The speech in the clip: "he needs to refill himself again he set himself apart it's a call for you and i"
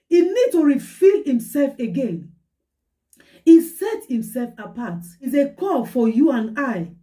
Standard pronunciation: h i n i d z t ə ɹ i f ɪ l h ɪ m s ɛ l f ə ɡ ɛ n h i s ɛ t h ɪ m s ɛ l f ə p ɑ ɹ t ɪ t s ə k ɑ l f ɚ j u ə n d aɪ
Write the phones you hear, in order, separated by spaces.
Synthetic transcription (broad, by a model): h i n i d t ə ɹ i f ɪ l h ɪ m s ɛ l f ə ɡ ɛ n h i s ɛ t h ɪ m s ɛ l f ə p ɑ t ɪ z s ə k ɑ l f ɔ j u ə n aɪ